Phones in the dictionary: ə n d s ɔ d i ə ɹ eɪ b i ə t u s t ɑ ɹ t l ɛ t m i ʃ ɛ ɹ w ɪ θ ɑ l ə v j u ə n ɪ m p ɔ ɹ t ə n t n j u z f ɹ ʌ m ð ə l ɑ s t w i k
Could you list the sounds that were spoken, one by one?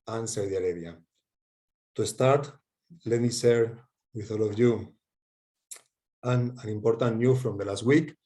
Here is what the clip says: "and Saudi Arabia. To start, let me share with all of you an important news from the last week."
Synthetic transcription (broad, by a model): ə n s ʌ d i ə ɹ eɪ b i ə t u s t ɑ ɹ t l ɛ t m i s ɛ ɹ w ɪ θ ɑ l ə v j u ə n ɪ m p ɔ ɹ t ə n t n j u f ɹ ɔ m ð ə l ɑ s t w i k